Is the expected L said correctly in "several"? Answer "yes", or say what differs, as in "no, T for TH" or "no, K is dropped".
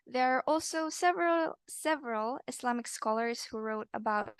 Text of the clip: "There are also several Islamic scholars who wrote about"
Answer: yes